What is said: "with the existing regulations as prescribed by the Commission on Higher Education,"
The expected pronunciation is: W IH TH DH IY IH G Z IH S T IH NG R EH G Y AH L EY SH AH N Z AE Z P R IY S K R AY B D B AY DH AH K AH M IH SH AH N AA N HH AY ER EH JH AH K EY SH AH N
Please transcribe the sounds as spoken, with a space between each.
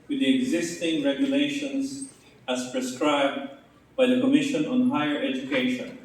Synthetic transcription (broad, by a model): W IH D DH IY IH G Z IH S T IH NG R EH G Y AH L EY SH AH N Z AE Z P R IY S K R AY B D B AY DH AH K AH M IH SH AH N AA N HH AY ER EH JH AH K EY SH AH N